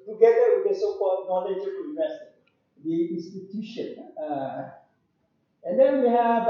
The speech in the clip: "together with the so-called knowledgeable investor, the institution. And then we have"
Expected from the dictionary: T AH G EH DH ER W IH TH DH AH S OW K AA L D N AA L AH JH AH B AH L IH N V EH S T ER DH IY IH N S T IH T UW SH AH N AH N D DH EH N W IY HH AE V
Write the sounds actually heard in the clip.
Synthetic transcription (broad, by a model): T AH G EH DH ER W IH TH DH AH S OW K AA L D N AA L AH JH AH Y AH N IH V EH S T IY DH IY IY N S T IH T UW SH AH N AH N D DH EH N W IY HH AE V